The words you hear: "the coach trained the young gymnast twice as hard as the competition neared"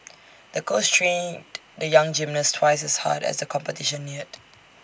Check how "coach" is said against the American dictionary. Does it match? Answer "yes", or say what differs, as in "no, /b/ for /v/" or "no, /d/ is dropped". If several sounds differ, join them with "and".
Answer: no, /s/ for /tʃ/